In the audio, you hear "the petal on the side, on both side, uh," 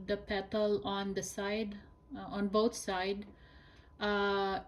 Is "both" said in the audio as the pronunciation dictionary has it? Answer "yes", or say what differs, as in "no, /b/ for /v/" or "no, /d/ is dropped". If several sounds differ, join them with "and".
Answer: no, /t/ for /θ/